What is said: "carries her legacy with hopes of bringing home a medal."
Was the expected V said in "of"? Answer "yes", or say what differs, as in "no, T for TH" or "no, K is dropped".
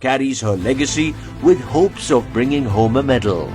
yes